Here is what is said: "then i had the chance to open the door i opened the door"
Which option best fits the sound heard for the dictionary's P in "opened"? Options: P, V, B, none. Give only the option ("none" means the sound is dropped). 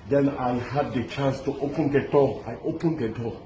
P